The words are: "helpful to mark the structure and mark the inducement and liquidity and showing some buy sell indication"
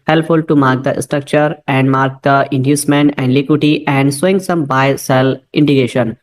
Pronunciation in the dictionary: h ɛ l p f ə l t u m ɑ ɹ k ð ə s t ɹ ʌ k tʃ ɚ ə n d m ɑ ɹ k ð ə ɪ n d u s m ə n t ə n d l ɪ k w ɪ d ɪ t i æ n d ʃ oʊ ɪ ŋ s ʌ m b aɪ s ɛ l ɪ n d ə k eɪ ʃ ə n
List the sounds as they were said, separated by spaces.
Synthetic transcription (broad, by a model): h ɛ l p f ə l t u m ɑ ɹ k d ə s t ɹ ʌ k tʃ ɚ ə n d m ɑ ɹ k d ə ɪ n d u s m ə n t ə n d l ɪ k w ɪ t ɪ t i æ n d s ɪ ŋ s ʌ m b aɪ s ɛ l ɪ n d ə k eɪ ʃ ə n